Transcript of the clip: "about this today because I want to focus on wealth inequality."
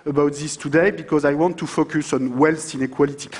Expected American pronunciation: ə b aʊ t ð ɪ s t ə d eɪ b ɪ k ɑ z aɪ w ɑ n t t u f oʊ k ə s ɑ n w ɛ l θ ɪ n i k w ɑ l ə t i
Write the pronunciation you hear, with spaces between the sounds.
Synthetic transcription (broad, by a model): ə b aʊ t ð ɪ s t ə d eɪ b ɪ k ɑ z aɪ w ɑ n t t u f oʊ k ə s ɑ n w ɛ l t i n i k w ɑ l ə t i